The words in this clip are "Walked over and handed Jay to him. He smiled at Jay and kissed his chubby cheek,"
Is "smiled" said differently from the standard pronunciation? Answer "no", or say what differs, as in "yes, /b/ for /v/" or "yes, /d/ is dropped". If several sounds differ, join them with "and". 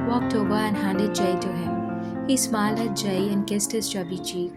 yes, /d/ is dropped